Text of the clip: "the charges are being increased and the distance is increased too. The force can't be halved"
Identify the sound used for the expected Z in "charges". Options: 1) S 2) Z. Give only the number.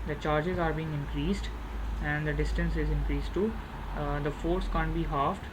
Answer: 2